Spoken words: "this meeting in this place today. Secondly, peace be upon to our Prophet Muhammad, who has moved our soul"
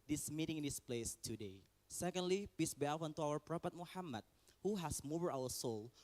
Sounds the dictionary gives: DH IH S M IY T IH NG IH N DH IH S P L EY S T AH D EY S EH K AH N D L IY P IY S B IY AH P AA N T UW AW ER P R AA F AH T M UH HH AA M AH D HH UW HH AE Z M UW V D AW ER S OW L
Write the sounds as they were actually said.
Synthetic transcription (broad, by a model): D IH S M IY T IH NG IH N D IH S P L EY S T AH D EY S EH K AH N D L IY P IY S B IY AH F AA N T UW AW ER P R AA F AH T M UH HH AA M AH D HH UW HH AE S M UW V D AW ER S OW L